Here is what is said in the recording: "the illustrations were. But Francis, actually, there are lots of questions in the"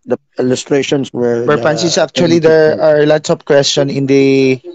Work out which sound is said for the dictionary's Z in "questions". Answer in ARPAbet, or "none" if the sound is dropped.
none